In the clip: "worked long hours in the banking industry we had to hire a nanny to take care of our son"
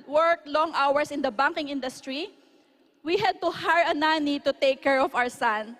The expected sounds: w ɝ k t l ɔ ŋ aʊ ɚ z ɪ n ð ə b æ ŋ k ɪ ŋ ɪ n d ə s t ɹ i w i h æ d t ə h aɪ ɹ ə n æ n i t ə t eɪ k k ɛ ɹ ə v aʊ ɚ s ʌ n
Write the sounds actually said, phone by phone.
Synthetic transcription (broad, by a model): w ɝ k l ɔ ŋ aʊ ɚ s ɪ n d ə b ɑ ŋ k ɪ ŋ ɪ n d ə s t ɹ i w i h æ d t ə h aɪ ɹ ə n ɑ n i t ə t eɪ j k ɛ ɹ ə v aʊ ɚ s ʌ n